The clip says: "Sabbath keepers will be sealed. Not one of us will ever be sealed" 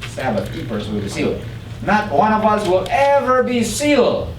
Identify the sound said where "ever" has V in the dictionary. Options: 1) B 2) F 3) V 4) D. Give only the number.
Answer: 3